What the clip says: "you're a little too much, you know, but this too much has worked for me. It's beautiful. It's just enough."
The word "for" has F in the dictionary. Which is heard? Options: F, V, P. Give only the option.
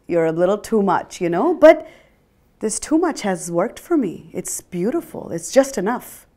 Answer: F